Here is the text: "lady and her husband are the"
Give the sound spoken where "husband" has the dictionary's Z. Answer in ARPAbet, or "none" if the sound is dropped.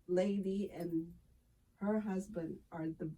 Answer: Z